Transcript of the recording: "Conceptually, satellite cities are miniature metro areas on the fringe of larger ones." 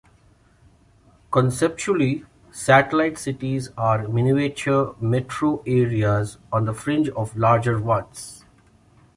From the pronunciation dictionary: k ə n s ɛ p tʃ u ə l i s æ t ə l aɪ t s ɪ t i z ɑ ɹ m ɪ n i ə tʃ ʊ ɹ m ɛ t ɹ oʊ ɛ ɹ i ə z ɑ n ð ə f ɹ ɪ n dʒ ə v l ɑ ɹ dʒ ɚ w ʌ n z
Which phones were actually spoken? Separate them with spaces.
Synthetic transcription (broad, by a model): k ə n s ɛ p tʃ u ə l i s æ t ə l aɪ t s ɪ t i z ɑ ɹ m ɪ n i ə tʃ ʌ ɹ m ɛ t ɹ oʊ ɛ ɹ i ə z ɑ n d ə f ɹ ɪ n dʒ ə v l ɑ ɹ dʒ ɚ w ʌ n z